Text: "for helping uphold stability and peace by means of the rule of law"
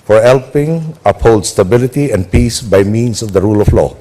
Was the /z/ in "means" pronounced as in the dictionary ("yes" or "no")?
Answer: no